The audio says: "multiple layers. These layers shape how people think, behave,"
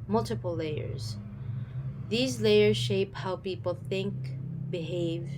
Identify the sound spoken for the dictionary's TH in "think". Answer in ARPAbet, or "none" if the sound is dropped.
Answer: TH